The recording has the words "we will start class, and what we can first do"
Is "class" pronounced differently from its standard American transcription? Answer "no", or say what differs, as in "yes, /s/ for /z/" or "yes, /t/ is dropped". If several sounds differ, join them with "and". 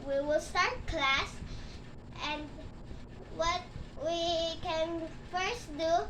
no